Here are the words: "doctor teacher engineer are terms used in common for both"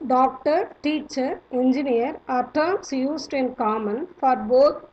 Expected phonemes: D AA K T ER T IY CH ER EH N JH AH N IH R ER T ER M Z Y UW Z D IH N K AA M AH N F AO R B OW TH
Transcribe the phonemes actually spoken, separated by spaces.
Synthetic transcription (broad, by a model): D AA K T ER T IY CH ER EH N JH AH N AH R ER T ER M S Y UW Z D IH N K AA M AH N F AO R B OW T